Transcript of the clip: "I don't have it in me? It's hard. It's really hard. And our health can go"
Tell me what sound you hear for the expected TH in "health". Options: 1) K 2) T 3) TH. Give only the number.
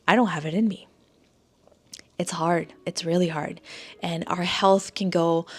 3